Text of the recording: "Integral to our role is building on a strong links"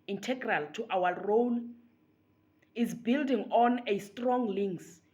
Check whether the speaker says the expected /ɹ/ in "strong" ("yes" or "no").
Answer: yes